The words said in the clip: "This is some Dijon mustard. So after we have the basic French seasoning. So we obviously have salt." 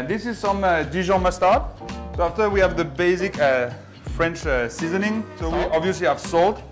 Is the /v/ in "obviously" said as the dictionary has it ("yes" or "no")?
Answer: yes